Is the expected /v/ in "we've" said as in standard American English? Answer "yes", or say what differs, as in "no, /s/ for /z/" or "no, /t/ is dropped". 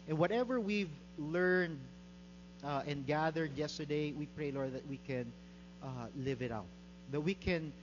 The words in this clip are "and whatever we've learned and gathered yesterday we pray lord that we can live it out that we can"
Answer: yes